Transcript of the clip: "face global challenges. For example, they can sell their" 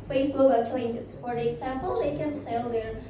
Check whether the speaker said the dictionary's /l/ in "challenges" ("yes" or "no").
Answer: no